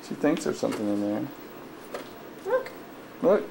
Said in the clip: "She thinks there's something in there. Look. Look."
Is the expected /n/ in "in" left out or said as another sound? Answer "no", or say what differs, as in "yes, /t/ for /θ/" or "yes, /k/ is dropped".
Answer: no